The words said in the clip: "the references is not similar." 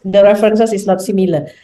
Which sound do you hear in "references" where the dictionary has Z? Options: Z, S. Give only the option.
S